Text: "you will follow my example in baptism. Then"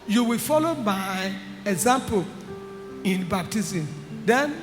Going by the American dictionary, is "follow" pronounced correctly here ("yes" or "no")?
yes